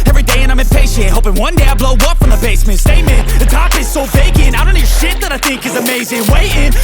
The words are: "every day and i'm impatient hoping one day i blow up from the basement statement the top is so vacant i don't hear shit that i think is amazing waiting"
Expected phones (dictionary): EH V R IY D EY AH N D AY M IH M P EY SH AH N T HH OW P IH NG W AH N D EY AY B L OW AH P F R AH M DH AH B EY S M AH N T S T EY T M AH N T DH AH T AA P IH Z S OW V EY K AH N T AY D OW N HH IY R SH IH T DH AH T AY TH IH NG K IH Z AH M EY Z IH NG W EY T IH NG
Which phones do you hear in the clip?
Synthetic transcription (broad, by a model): EH V R IY D EY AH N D AY M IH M P EY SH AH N HH OW P IH NG W AH N D EY AY B L OW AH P F R AH M DH AH B EY S M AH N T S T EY M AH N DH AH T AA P IH Z S OW B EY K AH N AY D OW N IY SH IH T DH AH T AY TH IH NG K IH Z AH M EY Z IH NG W EY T IH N